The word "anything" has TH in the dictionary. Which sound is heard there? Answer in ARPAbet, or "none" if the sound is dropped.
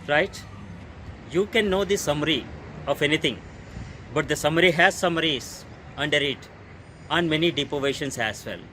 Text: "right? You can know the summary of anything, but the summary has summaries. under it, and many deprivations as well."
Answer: T